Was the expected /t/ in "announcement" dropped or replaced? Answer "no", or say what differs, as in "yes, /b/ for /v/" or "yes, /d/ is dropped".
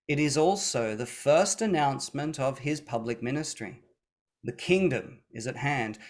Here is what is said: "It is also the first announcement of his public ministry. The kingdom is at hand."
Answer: no